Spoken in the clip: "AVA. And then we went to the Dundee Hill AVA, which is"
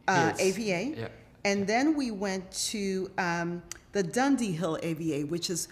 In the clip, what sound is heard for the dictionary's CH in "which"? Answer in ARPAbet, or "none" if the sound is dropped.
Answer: CH